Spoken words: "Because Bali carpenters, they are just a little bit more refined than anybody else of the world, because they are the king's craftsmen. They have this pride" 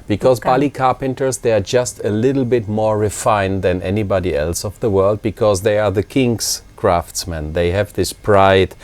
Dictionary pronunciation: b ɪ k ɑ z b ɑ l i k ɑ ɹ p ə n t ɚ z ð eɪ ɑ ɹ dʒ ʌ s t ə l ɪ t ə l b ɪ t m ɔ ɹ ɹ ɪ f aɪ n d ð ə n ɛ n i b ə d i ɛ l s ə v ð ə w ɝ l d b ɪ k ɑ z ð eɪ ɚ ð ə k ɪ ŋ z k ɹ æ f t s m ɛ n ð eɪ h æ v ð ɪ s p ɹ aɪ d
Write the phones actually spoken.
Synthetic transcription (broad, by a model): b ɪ k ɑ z b ɑ l i k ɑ ɹ p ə n t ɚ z ð eɪ ɑ ɹ dʒ ʌ s t ə l ɪ t l b ɪ t m ɔ ɹ ɹ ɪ f aɪ n ð ə n ɛ n i b ə d i ɛ l s ə v ð ə w ɝ l d b ɪ k ɑ z ð eɪ ɚ ð ə k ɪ ŋ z k ɹ æ f t s m ɛ n ð eɪ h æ v ð ɪ s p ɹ aɪ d